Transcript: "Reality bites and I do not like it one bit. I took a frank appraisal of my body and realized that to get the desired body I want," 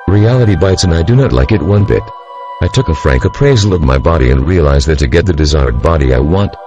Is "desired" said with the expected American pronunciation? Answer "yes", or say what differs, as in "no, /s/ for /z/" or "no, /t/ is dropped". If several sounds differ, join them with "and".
yes